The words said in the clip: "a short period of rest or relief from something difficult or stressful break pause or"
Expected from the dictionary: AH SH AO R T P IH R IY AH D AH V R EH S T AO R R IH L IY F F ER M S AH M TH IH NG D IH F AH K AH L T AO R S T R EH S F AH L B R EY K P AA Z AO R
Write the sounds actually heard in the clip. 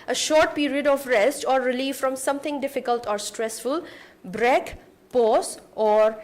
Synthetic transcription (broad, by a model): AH SH AO R T P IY R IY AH D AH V R EH S T AO R R IH L IY F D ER M S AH M T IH NG D IH F AH K AH L T AO R S T R EH S F AH L B R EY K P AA S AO R